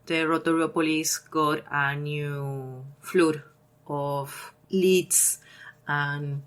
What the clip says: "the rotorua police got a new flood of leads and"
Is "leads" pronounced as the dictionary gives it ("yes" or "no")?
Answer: no